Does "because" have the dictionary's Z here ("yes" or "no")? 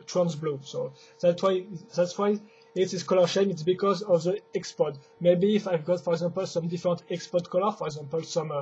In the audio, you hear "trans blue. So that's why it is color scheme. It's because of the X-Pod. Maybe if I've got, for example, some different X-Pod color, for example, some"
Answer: yes